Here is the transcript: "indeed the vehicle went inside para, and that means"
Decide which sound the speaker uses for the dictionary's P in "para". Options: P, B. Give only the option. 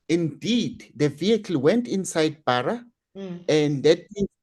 B